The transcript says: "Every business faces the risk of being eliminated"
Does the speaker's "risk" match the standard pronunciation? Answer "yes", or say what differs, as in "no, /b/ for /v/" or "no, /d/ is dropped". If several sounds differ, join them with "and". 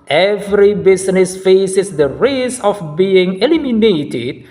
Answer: no, /k/ is dropped